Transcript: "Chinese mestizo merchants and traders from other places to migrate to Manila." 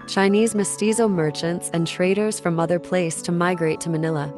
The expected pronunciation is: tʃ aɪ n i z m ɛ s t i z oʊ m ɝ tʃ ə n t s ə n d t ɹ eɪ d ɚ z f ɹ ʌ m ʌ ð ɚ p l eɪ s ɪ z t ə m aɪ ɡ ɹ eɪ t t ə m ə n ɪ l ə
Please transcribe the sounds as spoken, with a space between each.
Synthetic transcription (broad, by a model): tʃ aɪ n i z m ɛ s t i z oʊ m ɝ tʃ ə n t s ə n t ɹ eɪ d ɚ z f ɹ ʌ m ʌ ð ɚ p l eɪ ɪ s t ə m aɪ ɡ ɹ eɪ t t ə m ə n ɪ l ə